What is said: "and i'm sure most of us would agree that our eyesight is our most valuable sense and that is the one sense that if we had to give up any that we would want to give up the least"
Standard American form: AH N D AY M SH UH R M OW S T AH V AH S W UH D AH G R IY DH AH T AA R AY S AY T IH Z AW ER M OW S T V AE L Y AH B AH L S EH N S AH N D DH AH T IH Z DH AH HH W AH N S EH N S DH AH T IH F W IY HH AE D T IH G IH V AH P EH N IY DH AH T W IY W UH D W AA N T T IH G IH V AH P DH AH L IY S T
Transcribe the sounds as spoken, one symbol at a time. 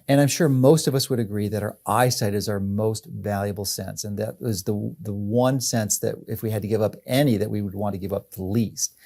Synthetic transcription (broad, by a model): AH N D AY M SH UH R M OW S T AH V AH S W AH D AH G R IY DH AH T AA R AY S AY T IH Z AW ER M OW S T V AE L Y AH B L S EH N S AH N DH AH T IH Z DH AH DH W AH N S EH N S DH AH T IH F W IY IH D T IH G IH V AH P EH N IY DH AH T W IY W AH D W AA N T T IH G IH V AH P DH AH L IY S T